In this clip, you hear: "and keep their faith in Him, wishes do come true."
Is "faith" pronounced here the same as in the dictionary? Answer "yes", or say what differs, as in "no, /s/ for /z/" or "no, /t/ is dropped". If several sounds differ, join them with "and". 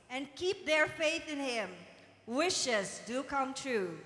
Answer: yes